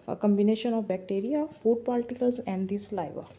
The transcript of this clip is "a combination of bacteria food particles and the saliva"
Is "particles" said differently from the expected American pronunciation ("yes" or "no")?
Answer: yes